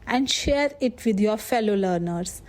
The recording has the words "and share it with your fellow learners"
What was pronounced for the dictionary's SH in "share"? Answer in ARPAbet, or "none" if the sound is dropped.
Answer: SH